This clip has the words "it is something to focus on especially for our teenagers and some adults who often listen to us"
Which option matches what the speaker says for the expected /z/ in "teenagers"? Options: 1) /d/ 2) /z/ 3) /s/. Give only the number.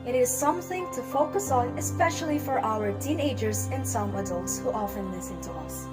2